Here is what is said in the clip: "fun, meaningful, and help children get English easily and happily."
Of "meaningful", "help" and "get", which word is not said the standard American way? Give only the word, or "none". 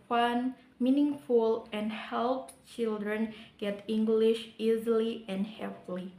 none